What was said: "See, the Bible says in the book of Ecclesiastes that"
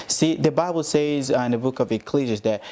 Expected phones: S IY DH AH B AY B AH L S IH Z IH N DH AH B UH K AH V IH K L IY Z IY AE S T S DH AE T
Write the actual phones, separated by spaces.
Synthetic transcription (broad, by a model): S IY DH AH B AY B L S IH Z IH N DH AH B UH K AH V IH K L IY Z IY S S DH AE T